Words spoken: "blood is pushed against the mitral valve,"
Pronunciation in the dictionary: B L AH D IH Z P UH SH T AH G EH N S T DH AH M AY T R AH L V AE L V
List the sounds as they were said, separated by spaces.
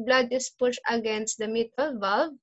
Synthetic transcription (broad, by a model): B L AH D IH S P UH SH AH G EH N S T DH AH M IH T AH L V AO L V